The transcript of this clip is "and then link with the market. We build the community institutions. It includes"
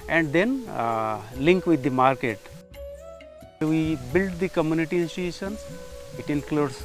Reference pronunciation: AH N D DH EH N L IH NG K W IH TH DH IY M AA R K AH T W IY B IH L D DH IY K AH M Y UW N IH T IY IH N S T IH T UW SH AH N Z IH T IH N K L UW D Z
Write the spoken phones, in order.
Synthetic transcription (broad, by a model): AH N D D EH N L IH NG K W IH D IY M AA R K AH T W IY B IH L D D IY K AH M Y UW N IH T IY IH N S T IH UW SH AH N IH T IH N K L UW D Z